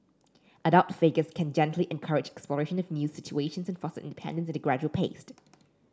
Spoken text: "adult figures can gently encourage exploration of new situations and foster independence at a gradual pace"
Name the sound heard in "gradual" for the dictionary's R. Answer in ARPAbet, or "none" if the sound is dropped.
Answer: R